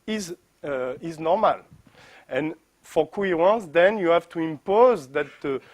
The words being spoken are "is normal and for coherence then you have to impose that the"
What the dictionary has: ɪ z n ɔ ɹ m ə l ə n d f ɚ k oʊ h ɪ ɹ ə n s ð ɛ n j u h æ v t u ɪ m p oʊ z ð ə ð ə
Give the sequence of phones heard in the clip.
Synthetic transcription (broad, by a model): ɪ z n ɔ ɹ m ə l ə n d f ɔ k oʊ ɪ ɹ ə n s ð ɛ n j u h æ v t u ɪ m p oʊ z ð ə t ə